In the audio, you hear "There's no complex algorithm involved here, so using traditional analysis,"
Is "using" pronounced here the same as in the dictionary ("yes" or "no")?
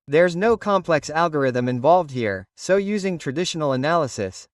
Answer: yes